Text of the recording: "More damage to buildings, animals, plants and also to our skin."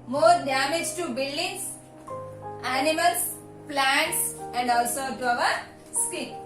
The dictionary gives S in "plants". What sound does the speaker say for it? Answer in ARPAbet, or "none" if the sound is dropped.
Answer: S